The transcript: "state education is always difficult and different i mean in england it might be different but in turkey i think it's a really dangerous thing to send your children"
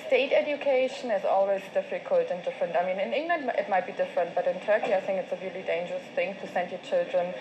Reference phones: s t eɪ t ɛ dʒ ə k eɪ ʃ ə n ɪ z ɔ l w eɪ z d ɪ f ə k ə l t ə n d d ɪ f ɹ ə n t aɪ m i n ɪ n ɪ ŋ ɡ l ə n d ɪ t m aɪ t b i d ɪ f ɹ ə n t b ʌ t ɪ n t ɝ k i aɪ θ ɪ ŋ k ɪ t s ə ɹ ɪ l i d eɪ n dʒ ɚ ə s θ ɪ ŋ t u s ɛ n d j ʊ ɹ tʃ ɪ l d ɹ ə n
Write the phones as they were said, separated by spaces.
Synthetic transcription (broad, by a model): s t eɪ t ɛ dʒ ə k eɪ ʃ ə n ɪ z ɔ l w eɪ z d ɪ f ə k ə l t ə n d d ɪ f ɹ ə n t aɪ m i n ɪ n ɪ ŋ ɡ l ə n d ɪ t m aɪ t b i d ɪ f ɹ ə n t b ʌ t ɪ n t ɝ k i aɪ θ ɪ ŋ k ɪ t s ə ɹ ɪ l i d eɪ n dʒ ɚ ə s θ ɪ ŋ t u s ɛ n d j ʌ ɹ tʃ ɪ l d ɹ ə n